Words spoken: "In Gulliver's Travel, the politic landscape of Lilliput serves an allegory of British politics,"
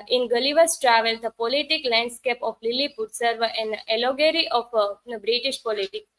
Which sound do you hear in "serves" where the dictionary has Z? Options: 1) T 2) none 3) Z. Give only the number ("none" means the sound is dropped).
2